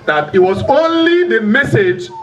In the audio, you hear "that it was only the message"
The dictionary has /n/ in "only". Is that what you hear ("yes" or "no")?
yes